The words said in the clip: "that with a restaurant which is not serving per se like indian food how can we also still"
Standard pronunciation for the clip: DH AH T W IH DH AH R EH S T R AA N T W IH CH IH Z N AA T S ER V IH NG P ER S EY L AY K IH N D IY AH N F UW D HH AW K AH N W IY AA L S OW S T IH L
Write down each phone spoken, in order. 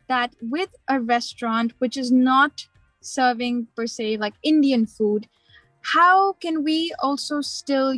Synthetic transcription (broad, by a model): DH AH T W IH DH AH R EH S T R AA N T W IH CH IH Z N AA T S ER V IH NG P ER S EY L AY K IH N D IY AH N F UW D HH AW K AH N W IY AA L S OW S T IH L